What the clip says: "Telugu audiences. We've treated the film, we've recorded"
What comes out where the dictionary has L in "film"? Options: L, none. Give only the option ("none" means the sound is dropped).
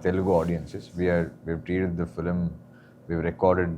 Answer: L